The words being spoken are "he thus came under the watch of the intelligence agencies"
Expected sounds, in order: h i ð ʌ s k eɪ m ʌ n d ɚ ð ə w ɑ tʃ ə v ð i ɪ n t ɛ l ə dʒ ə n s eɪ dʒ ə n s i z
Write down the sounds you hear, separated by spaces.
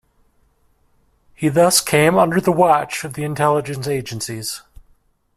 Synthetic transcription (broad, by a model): h i ð ʌ s k eɪ m ʌ n d ɚ ð ə w ɑ tʃ ə v ð i ɪ n t ɛ l ə dʒ ə n s eɪ dʒ ə n s i z